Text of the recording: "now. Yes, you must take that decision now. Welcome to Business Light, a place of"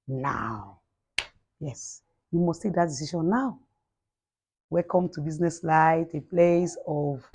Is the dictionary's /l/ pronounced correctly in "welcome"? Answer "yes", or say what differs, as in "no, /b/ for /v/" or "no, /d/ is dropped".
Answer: no, /l/ is dropped